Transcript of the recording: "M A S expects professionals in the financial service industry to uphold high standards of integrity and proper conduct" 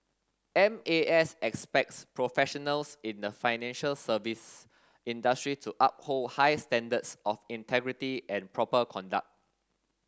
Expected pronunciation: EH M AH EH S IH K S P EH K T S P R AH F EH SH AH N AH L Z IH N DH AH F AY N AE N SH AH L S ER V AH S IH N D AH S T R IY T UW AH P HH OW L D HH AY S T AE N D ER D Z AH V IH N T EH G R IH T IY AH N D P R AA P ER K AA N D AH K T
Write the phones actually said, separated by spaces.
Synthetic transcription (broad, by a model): EH M AH EH S IH K S P EH K T S P R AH F EH SH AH N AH L S IH N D AH F AY N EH N SH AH L S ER V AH S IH N D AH S T R IY T UW AH P HH OW L D HH AY S T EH N D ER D S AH F IH N T EH G R IH T IY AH N P R AA P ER K AA N D AH K T